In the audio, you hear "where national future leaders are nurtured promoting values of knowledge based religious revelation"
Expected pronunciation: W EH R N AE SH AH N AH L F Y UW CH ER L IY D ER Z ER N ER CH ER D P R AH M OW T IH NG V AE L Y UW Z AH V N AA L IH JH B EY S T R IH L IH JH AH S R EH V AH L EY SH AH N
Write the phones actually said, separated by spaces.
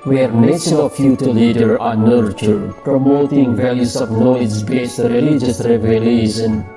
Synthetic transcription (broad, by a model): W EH R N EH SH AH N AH F Y UW CH ER L IY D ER ER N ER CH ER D P R AH M OW T IH NG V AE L Y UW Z AH V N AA IH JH B EY S T R IH L IH JH AH S R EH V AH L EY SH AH N